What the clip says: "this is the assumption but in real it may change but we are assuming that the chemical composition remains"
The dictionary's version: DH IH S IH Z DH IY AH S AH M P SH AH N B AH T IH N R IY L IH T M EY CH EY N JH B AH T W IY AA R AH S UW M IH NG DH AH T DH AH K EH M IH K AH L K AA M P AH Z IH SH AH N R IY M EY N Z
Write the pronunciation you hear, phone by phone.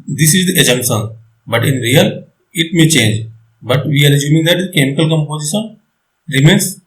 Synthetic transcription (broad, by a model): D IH S IH Z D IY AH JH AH M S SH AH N B AH T IH N R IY L IH T M EY CH EY N JH B AH T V IY AA R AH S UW M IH NG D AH T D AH K EH M IH K AH L K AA M P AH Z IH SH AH N R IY M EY N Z